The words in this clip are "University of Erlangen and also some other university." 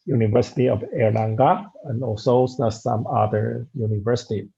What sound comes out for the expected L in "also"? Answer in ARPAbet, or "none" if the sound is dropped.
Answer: none